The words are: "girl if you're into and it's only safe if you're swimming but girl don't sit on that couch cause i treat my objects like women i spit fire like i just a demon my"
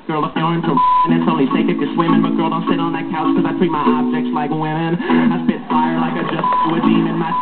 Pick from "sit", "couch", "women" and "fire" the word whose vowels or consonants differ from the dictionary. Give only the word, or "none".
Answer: couch